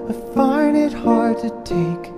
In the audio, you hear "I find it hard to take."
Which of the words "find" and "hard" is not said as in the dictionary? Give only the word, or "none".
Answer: find